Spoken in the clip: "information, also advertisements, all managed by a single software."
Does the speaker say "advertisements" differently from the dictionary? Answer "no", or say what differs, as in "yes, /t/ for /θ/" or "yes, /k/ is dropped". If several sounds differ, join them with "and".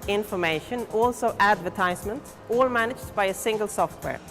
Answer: yes, /s/ is dropped